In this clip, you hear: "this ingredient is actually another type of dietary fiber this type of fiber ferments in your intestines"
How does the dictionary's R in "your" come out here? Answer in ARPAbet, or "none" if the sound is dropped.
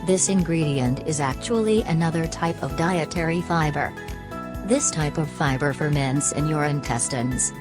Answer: R